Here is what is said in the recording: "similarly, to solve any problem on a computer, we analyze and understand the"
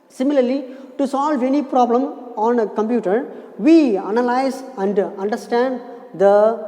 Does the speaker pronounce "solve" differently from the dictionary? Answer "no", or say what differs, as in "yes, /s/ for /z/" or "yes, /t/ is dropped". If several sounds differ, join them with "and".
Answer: no